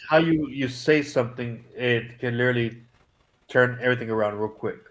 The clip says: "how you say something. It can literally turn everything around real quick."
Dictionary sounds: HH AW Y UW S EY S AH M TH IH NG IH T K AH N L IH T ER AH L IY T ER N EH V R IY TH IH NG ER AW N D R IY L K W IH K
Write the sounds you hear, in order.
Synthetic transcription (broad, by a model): HH AW Y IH S EY S AH M TH IH NG IH T K AH N L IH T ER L IY T ER N EH V R IY TH IH NG ER AW N D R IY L K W IH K